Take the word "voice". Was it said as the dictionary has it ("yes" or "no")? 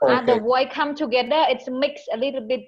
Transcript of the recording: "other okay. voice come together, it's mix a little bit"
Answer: no